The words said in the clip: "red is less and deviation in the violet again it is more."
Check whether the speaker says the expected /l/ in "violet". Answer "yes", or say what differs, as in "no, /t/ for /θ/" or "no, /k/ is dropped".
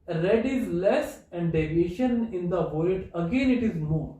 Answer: no, /l/ is dropped